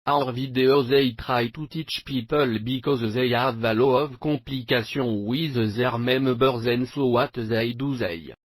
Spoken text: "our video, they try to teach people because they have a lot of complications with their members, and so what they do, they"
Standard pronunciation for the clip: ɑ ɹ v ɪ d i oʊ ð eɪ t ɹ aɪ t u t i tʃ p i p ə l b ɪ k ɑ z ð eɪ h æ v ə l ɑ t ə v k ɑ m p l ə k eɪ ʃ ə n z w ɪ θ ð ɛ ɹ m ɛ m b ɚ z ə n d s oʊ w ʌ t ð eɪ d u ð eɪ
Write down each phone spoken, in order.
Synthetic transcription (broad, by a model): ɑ ɹ v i d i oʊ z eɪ t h aɪ t u t i tʃ p i p ə l b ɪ k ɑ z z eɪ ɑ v ə l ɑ ə v k ɑ p l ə k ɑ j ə w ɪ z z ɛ ɹ m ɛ m b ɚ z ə n s oʊ w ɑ t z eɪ d u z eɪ